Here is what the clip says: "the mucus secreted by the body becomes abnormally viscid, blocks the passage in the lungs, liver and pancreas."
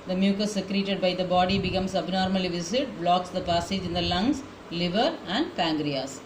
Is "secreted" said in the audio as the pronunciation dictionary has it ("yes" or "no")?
yes